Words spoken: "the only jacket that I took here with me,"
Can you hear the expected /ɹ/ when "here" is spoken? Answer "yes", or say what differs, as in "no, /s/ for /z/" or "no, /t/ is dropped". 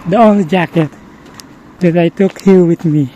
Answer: no, /l/ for /ɹ/